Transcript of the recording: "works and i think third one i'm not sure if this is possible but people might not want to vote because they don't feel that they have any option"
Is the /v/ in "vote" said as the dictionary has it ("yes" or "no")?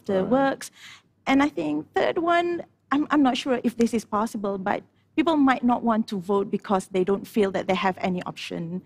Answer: yes